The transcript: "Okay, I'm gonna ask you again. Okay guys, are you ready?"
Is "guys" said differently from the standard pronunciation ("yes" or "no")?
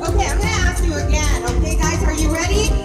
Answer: no